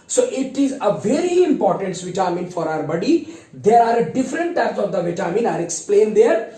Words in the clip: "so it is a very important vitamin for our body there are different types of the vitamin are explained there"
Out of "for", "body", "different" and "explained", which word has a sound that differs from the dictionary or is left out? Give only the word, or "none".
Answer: none